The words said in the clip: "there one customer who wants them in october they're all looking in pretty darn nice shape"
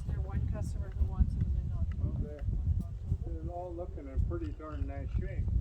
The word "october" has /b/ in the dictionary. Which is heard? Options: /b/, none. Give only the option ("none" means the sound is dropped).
none